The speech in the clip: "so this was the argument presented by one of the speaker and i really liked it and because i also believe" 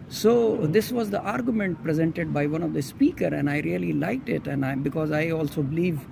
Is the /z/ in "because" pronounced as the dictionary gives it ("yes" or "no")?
yes